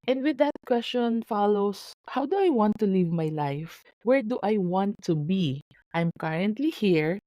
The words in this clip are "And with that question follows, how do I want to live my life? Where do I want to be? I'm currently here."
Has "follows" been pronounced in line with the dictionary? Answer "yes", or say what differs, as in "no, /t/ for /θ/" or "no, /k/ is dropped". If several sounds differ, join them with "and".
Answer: no, /s/ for /z/